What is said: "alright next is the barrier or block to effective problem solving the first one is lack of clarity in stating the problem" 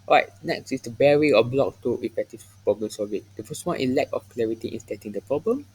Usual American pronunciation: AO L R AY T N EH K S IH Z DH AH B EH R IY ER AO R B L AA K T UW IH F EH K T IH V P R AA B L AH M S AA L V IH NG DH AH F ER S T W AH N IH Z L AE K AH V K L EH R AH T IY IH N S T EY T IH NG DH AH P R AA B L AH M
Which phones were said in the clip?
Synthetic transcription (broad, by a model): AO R AY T N EH K S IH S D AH B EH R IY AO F B L AA K T UW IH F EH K T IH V P R AA B L AH M S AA V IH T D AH F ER S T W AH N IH L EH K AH F K L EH R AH T IY IH N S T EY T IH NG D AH P R AA B L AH M